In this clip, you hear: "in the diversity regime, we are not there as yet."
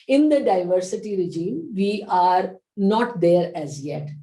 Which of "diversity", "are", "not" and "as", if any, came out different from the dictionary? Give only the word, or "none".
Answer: none